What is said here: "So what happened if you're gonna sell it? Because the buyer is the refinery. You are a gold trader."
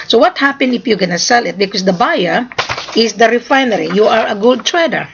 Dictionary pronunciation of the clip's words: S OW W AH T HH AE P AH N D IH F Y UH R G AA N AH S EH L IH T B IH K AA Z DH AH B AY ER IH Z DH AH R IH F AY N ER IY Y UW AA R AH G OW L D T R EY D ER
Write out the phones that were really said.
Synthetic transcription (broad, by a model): S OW W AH T HH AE P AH N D IH F Y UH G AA N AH S EH L IH T B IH K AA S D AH B AY ER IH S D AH R IH F AY N ER IY Y UW AA R AH G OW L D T R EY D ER